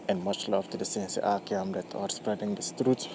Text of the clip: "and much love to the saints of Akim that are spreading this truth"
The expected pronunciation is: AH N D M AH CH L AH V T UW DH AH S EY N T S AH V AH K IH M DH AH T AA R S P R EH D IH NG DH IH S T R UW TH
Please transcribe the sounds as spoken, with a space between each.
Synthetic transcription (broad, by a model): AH N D M AH CH L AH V T UW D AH S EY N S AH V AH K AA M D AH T AA R S P R EH D IH NG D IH S T R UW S